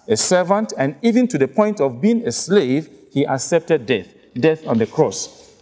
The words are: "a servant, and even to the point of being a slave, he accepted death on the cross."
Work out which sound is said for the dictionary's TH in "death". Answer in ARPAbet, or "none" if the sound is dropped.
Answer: TH